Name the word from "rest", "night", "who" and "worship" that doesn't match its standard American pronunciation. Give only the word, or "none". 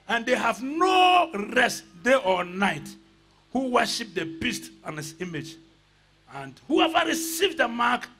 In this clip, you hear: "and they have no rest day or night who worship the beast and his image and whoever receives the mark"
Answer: none